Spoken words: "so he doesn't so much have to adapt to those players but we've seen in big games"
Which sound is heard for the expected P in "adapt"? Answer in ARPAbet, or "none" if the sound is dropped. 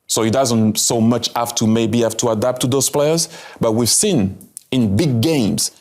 F